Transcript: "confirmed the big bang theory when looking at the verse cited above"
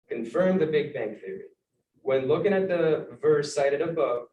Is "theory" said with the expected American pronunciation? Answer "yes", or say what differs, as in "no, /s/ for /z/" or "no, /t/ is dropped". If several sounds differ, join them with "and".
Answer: yes